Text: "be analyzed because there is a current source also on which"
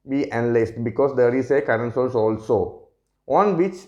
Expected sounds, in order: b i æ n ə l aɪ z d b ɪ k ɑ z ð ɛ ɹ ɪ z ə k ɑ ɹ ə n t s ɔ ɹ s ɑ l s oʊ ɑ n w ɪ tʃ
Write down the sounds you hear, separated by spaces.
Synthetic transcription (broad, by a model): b i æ n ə l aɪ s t b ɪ k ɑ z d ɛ ɹ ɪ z ə k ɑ ɹ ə n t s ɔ l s ɑ l s oʊ ɑ n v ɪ tʃ